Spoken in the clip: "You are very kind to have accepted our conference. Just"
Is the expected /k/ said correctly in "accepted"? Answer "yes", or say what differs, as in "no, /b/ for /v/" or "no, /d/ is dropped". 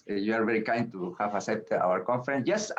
no, /k/ is dropped